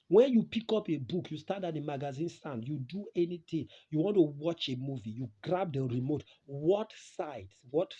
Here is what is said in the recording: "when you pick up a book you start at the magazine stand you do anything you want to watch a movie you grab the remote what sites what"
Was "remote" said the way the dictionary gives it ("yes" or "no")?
yes